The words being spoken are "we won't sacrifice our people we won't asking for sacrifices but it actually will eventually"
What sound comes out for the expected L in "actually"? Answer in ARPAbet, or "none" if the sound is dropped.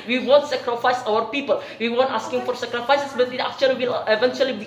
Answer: none